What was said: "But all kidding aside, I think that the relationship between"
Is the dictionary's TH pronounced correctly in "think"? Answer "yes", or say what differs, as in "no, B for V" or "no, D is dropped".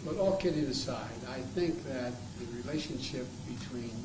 yes